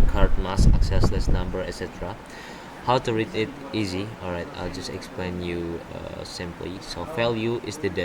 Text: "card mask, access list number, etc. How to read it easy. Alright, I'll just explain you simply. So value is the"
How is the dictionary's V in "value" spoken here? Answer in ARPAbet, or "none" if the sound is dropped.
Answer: F